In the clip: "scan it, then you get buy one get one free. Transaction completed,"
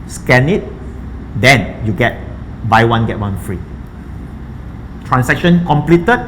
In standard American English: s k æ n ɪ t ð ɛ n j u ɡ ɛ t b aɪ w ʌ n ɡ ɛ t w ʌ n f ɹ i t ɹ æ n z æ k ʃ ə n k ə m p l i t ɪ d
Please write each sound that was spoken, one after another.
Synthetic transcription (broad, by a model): s k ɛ n ɪ t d ɛ n j u ɡ ɛ t b aɪ w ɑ n ɡ ɛ t w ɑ n f ɹ i t ɹ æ n s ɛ k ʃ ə n k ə m p l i t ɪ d